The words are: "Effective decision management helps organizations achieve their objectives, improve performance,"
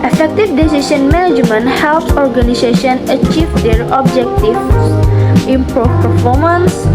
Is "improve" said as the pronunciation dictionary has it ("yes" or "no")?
no